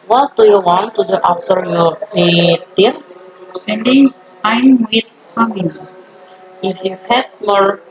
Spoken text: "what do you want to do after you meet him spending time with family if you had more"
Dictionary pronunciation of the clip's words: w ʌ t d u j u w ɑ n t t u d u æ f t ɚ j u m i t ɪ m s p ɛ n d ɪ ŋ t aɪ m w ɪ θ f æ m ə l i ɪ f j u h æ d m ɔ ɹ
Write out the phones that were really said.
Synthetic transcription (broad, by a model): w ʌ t d u j u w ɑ n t t u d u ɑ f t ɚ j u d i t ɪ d s p ɛ n d ɪ ŋ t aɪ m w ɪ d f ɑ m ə n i ɪ f j u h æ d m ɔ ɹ